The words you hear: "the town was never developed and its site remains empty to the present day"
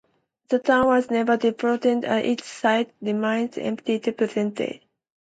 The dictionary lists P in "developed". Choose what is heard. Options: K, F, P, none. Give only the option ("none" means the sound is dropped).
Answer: none